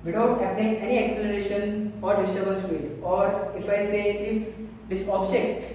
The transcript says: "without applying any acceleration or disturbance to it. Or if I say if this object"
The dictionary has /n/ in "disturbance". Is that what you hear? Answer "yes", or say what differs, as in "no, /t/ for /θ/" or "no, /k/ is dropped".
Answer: no, /l/ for /n/